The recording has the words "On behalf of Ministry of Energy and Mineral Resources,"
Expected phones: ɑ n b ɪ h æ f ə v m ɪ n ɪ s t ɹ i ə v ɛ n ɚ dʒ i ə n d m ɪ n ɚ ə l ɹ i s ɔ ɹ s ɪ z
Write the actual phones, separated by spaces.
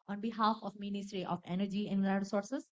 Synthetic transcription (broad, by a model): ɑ n b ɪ h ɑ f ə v m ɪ n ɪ s t ɹ i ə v ɛ n ɚ dʒ i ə n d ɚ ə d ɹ s ɔ ɹ s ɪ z